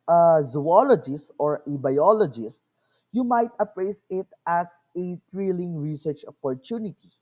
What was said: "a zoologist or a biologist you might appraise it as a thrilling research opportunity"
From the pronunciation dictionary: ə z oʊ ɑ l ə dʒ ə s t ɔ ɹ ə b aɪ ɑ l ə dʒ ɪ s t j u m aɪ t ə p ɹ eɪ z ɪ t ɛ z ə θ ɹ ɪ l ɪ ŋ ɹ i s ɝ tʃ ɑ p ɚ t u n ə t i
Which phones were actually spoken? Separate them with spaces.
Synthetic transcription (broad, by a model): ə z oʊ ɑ l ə dʒ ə s t ɔ ɹ ə b aɪ ɑ l ə dʒ ɪ s t j u m aɪ t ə p ɹ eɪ s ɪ t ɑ s ə t ɹ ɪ l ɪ ŋ ɹ i s ɝ tʃ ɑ p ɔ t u n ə t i